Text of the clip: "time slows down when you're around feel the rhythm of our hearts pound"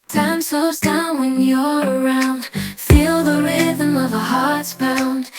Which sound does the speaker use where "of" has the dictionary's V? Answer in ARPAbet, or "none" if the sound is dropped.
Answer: V